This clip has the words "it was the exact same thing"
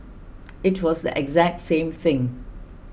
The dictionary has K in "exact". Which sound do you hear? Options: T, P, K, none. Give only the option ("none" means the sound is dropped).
K